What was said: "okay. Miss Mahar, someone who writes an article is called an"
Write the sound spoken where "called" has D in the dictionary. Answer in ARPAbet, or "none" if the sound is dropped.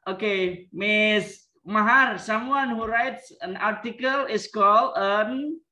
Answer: none